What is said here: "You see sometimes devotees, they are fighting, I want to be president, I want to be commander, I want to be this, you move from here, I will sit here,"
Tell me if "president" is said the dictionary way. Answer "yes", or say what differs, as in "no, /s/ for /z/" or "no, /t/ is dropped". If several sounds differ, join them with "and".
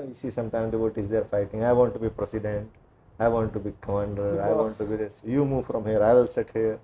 no, /s/ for /z/